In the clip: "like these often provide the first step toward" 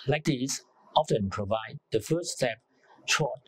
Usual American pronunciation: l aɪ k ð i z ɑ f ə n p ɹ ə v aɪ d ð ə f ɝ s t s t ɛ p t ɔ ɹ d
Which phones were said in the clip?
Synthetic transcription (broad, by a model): l aɪ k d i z ɑ f ə n p ɹ ə v aɪ d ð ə f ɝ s s t ɛ p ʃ ɔ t